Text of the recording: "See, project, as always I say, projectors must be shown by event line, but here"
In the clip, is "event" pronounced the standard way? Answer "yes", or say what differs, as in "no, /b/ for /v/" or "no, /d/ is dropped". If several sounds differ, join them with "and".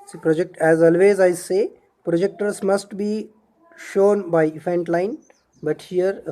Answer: no, /f/ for /v/